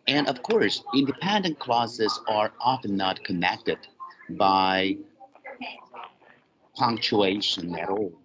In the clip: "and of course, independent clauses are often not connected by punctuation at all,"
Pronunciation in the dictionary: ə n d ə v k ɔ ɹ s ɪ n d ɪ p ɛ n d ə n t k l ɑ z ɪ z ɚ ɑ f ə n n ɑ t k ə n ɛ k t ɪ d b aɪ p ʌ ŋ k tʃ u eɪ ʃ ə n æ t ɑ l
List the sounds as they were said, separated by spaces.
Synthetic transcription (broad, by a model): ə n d ə v k ɔ ɹ s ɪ n d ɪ p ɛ n d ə n k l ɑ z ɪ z ɚ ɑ f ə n n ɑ t k ə n ɛ k t ɪ d b aɪ p ʌ ŋ k tʃ u eɪ ʃ ə n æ t ɑ l